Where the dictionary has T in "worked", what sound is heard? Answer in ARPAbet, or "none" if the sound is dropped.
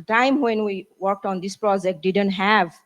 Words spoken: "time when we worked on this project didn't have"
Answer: T